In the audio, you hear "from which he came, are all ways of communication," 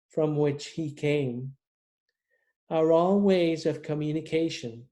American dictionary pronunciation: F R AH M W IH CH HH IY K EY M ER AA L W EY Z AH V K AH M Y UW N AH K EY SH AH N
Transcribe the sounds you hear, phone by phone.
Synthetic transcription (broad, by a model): F R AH M W IH CH HH IY K EY M ER AA L W EY Z AH V K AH M Y UW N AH K EY SH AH N